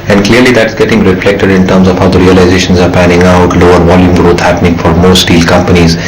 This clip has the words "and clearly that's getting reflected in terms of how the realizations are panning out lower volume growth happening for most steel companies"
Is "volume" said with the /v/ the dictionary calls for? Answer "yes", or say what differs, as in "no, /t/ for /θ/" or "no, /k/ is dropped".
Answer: yes